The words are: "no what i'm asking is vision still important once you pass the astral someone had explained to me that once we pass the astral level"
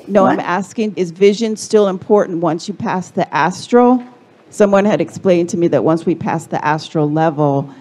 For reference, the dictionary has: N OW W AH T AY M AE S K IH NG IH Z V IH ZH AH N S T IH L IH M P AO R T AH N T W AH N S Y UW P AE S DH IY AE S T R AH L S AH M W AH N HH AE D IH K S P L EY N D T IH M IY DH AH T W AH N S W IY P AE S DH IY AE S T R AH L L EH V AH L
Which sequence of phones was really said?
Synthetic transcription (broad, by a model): N OW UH AY M AE S K IH NG IH Z V IH ZH AH N S T IH L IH M P AO R T N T W AH N S Y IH P AE S DH IY AE S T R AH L S AH M W AH N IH D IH K S P L EY N T IH M IY DH AH T W AH N S W IY P AE S DH IY AE S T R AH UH L EH V L